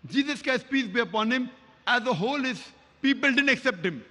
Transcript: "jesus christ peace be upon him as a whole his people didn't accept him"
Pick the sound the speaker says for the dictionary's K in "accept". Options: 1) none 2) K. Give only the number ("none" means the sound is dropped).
2